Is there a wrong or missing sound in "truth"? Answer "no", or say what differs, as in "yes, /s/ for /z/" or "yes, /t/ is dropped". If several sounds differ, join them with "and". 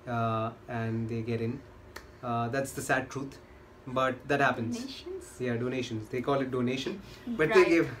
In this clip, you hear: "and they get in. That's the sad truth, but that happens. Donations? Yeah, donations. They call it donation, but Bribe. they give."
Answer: yes, /t/ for /θ/